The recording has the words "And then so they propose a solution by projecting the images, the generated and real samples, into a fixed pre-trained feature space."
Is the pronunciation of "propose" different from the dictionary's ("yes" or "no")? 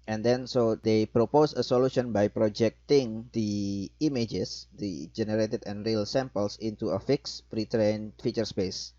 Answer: yes